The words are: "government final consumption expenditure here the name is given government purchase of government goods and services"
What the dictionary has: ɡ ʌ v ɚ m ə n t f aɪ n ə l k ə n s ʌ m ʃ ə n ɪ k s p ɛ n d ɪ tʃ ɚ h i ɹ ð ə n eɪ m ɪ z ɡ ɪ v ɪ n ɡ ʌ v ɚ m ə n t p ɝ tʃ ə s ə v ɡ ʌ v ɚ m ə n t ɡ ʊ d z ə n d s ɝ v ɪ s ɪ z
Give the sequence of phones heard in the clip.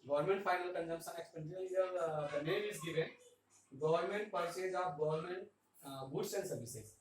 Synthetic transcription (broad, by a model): ɡ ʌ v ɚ m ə n t f aɪ n ə l k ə n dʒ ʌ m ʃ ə n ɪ k s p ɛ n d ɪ ɚ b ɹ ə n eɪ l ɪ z ɡ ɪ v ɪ n ɡ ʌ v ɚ m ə n t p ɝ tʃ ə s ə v ɡ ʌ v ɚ m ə n t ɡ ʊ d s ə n s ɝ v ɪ s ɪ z